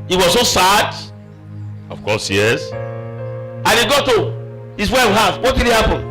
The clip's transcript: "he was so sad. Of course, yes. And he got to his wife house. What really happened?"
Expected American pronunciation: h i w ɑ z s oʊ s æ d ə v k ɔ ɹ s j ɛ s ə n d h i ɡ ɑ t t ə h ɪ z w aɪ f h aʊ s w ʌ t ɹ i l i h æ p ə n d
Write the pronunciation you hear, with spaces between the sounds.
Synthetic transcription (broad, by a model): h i w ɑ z s oʊ s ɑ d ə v k ɔ s j ɛ s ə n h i ɡ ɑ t t ə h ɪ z w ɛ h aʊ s w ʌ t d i n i h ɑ p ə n